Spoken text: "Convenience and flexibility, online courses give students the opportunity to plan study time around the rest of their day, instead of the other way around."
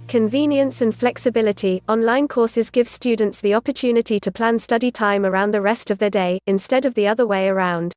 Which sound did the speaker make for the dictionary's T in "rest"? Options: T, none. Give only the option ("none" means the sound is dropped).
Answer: T